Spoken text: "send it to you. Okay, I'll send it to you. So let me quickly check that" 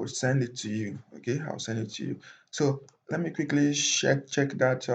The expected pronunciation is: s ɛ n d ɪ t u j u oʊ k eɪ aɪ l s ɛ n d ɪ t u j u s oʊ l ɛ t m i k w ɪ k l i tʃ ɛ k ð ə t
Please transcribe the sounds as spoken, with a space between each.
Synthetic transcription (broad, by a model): s ɛ n d ɪ t u j u oʊ k eɪ aɪ w s ɛ n d ɪ t u j u s oʊ l ɛ t m i k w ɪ k l i tʃ ɛ k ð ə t